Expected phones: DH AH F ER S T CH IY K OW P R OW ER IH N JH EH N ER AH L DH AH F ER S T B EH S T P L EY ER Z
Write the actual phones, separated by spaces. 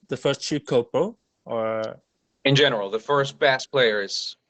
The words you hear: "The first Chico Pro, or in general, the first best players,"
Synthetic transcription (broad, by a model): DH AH F ER S T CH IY K OW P OW ER IH N JH EH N ER L DH AH F ER S T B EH S P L EY ER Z